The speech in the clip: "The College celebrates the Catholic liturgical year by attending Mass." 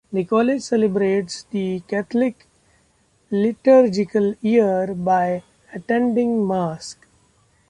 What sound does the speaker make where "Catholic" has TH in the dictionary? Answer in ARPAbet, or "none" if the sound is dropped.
T